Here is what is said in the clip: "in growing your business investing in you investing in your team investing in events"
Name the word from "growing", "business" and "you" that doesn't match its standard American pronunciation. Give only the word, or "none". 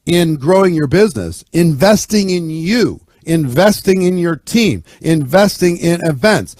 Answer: none